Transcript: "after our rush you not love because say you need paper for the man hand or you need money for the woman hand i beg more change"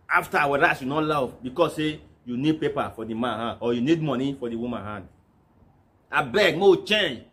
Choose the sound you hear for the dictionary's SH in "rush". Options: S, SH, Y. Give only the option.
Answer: S